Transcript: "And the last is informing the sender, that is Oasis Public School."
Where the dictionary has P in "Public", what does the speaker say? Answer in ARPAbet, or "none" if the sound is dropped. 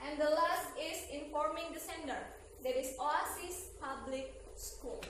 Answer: P